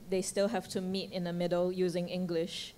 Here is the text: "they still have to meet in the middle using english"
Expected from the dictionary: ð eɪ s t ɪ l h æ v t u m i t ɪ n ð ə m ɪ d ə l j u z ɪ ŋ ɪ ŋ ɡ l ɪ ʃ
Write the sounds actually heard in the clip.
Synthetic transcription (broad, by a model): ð eɪ s t ɪ l h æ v t u m i t ɪ n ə m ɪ d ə l j u z ɪ ŋ ɪ ŋ ɡ l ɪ ʃ